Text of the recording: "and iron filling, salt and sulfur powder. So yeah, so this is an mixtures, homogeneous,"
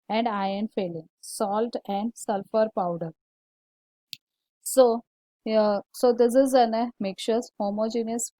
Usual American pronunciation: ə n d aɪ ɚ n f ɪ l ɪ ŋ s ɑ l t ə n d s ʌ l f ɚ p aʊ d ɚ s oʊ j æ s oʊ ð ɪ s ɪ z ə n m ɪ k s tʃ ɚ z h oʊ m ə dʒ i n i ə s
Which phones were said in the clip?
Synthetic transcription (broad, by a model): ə n d aɪ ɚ n f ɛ l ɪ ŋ s ɑ l t ə n d s ʌ l f ɚ p aʊ d ɚ s oʊ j s oʊ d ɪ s ɪ z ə n m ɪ k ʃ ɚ s h oʊ m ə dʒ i n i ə s